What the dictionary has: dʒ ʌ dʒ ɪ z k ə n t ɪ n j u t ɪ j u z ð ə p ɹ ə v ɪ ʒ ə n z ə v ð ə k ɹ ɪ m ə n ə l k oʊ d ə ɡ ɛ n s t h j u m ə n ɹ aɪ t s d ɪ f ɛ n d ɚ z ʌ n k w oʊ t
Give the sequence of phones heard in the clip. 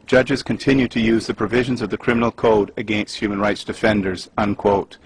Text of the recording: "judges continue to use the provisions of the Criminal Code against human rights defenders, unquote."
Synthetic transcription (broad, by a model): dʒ ʌ dʒ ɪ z k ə n t ɪ n j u t ɪ j u z ð ə p ɹ ə v ɪ ʒ ə n z ə v ð ə k ɹ ɪ m ə n ə l k oʊ d ə ɡ ɛ n s t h j u m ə n ɹ aɪ t s d ɪ f ɛ n d ɚ z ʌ n k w oʊ t